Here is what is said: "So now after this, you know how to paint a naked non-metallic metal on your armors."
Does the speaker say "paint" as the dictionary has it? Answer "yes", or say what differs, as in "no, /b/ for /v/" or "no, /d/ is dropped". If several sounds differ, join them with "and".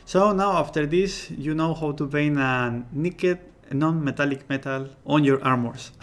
no, /t/ is dropped